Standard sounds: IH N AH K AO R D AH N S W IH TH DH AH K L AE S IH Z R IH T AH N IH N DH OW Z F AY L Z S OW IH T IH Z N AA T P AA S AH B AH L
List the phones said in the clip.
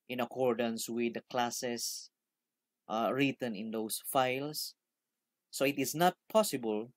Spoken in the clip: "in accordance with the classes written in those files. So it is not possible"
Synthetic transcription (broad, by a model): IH N AH K AO R D AH N S W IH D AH K L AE S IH S R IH T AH N IH N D OW S F AY L S OW IH T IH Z N AA T P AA S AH B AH L